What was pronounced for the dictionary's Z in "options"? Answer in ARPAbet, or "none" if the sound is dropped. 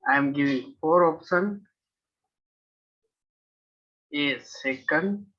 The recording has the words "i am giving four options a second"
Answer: none